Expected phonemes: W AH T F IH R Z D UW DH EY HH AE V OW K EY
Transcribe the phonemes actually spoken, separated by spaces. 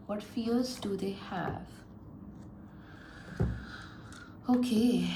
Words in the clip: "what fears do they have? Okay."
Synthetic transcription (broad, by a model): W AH T F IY L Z D UW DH EY HH AE V OW K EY